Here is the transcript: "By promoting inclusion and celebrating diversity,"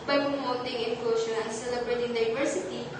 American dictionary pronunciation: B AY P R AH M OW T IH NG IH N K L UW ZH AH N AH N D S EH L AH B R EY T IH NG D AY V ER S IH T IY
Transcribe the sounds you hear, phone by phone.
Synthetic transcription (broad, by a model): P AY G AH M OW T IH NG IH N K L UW SH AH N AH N S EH L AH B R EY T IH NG D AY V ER S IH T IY